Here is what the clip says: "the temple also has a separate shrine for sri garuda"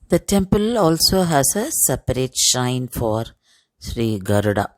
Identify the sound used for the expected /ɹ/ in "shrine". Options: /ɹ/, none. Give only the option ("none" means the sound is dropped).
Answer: none